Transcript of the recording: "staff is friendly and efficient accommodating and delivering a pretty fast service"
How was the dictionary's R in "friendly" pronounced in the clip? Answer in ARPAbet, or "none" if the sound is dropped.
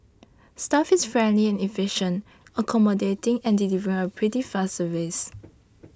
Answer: R